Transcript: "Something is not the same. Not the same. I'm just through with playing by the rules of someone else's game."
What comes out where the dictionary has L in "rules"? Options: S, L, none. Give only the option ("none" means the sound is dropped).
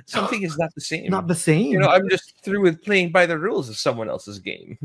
L